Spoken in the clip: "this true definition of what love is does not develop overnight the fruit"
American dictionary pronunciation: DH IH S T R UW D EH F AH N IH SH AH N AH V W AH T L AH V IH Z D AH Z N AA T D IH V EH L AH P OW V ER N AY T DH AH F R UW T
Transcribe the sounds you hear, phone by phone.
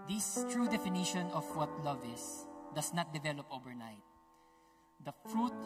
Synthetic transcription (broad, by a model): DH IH S T R UW D EH F AH N IH SH AH N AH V W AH T L AH V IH S D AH S N AA T D IH V EH L AH P OW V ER N AY T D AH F R UW T